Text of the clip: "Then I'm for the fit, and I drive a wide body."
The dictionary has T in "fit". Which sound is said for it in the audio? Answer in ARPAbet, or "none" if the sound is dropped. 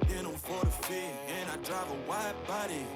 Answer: none